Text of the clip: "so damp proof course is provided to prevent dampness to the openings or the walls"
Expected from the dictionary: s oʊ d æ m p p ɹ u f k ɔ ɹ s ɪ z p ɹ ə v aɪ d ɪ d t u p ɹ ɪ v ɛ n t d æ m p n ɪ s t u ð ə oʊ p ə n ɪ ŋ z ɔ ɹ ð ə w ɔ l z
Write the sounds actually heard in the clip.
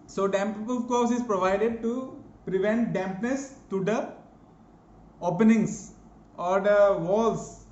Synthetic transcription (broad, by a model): s oʊ d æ m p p ɔ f k ɔ ɹ s ɪ z p ɹ ə v aɪ d ɪ d t u p ɹ ɪ v ɛ n t d æ m p n ɪ s t u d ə oʊ p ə n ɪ ŋ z ɔ ɹ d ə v ɔ l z